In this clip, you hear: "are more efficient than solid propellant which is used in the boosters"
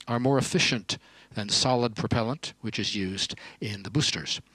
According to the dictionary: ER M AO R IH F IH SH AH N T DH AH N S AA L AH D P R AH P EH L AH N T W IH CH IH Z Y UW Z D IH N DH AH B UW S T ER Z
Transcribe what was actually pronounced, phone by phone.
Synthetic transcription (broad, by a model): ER M AO R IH F IH SH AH N DH AH N S AA L AH D P R AH P EH L AH N T W IH CH IH Z Y UW Z D IH N DH AH B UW S T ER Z